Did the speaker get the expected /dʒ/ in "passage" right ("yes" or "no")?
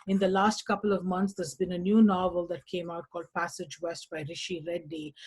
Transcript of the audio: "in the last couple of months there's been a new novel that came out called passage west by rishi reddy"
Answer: yes